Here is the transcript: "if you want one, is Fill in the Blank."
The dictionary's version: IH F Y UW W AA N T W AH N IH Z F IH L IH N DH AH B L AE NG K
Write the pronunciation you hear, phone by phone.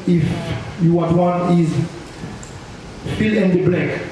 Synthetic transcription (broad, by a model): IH F Y UW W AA T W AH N IH Z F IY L IH N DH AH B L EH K